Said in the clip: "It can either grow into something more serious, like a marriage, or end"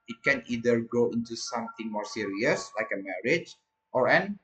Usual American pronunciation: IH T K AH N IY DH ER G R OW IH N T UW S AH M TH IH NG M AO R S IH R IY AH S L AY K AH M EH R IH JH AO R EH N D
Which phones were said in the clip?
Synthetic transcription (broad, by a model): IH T K AH N IY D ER G OW IH N T UW S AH M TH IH NG M AO R S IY R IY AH S L AY K AH M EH R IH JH AO R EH N